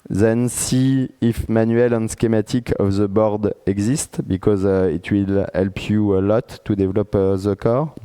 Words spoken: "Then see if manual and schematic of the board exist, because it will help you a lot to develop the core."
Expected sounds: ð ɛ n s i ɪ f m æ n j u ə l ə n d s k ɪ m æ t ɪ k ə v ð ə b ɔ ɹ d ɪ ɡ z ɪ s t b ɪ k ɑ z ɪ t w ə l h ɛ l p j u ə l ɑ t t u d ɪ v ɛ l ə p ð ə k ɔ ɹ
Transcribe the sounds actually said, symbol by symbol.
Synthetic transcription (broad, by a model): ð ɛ n s i ɪ f m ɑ n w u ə l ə n s k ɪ m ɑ t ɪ k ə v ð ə b ɔ ɹ d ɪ ɡ z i s t b ɪ k ɑ z ɪ t w ə l h ɛ l p j u ə l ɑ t t u d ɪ v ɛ l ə p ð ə k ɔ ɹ